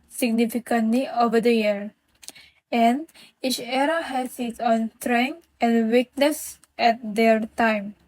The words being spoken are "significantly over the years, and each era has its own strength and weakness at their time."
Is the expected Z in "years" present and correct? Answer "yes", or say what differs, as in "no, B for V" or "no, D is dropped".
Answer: no, Z is dropped